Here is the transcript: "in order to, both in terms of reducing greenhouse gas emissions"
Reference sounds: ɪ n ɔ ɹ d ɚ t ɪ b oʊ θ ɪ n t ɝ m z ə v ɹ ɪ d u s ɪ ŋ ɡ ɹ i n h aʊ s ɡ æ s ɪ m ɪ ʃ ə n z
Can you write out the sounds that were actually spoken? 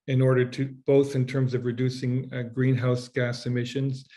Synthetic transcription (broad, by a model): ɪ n ɔ ɹ d ɚ t ɪ b oʊ θ ɪ n t ɝ m z ə v ɹ ɪ d u s ɪ ŋ ɡ ɹ i n h aʊ s ɡ æ s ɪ m ɪ ʃ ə n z